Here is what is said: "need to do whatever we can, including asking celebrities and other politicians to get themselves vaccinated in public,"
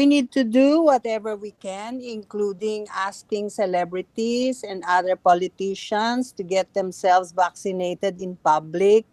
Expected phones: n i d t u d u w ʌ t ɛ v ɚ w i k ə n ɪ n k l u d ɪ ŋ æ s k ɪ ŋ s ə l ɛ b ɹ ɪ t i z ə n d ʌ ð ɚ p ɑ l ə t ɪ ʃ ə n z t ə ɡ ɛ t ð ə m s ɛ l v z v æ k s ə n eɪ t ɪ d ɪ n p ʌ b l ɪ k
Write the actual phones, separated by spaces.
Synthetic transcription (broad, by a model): n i d t u d u w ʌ t ɛ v ɚ w i k ə n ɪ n k l u d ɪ ŋ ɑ s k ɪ ŋ s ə l ɛ b ɹ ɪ t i s ə n d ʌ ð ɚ p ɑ l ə t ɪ ʃ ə n s t ə ɡ ɛ t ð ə m s ɛ l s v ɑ k s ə n eɪ t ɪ d ɪ n p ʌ b l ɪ k